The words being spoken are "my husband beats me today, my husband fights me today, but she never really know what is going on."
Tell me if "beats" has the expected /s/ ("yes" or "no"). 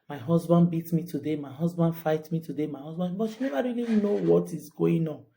no